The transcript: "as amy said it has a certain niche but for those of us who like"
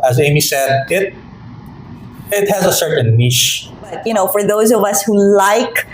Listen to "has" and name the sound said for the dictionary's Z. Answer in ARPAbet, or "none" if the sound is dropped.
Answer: Z